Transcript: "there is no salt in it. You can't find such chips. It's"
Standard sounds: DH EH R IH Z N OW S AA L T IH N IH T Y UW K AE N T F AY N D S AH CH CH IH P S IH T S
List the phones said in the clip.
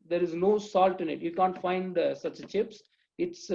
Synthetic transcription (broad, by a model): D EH R IH Z N OW S AA L T IH N IH T Y UW K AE N T F AY N D S AH CH CH IH P S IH T S